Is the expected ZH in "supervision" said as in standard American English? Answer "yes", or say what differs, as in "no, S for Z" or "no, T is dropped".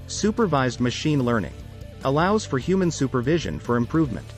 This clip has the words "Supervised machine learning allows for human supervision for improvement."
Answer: yes